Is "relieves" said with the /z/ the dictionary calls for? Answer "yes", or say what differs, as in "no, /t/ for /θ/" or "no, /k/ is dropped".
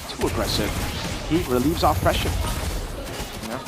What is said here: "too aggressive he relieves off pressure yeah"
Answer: yes